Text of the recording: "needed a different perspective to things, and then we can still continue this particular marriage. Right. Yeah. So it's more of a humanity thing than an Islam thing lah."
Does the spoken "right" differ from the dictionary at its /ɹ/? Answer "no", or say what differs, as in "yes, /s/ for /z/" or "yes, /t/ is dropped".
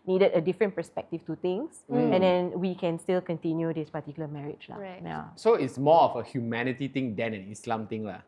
yes, /l/ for /ɹ/